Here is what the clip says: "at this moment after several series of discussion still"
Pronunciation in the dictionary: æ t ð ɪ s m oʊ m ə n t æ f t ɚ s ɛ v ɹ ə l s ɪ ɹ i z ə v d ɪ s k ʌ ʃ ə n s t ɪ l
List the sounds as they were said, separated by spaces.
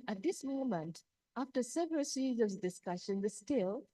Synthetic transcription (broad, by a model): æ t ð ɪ s m oʊ m ə n t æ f t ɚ s ɛ v ɹ ə l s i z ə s d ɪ s k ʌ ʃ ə n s t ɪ l